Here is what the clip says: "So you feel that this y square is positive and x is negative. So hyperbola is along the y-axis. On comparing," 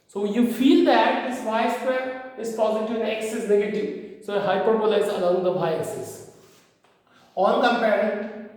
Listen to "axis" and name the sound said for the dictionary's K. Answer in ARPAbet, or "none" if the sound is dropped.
none